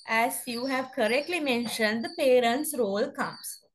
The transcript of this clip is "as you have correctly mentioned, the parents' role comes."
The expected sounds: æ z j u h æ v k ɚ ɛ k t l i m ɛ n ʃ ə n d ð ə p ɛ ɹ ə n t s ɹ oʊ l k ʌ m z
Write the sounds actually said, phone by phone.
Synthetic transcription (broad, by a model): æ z j u h æ v k ɚ ɛ k t l i m ɛ n ʃ ə n d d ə p ɛ ɹ ə n t s ɹ oʊ l k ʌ m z